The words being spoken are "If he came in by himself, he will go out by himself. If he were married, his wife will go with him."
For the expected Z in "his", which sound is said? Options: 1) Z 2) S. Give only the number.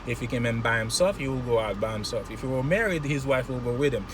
1